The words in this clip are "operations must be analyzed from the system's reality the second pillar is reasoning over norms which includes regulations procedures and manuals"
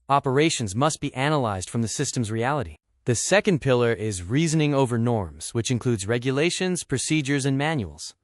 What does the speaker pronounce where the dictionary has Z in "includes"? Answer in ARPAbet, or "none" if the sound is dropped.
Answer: Z